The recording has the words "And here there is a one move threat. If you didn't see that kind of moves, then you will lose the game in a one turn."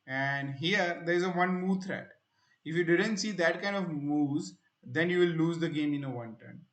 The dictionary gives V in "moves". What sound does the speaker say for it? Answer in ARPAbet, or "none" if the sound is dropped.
none